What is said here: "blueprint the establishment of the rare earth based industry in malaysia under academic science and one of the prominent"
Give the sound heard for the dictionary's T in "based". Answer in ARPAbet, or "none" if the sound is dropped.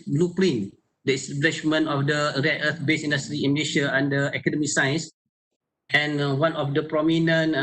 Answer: none